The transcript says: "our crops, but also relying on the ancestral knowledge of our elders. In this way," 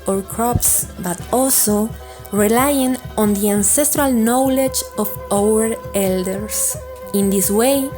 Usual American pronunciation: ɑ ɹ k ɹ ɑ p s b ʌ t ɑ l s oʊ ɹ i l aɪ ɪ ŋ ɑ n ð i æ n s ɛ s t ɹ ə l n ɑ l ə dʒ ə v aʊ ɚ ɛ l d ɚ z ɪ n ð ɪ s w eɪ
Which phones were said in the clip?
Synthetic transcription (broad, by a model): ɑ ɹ k ɹ ɑ p s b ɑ t ɑ l s oʊ ɹ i l aɪ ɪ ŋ ɑ n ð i æ n s ɛ s t ɹ ə l n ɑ l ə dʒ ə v aʊ ɚ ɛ l d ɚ s ɪ n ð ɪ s w eɪ